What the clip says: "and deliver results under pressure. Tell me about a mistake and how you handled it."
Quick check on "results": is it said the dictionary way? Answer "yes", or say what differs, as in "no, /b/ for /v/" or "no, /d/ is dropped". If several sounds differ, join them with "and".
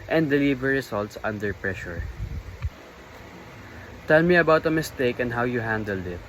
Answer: no, /s/ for /z/